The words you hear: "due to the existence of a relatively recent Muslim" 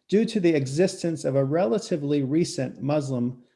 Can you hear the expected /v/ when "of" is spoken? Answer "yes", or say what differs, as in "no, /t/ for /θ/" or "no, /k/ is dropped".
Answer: yes